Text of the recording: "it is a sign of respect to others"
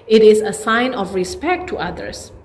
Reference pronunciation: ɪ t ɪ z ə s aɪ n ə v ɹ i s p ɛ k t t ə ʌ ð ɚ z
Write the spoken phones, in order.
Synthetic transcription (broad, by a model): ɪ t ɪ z ə s aɪ n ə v ɹ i s p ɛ k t t ə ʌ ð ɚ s